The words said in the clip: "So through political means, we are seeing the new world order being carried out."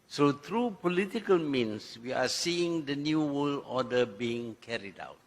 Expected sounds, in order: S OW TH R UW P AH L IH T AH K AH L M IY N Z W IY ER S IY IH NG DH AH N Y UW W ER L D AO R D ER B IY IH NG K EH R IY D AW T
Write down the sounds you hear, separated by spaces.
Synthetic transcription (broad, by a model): S OW T R UW P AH L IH T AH K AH L M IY N S W IY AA S IY IH NG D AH N Y UW W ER L AO D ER B IY IH NG K EH R IY D AW T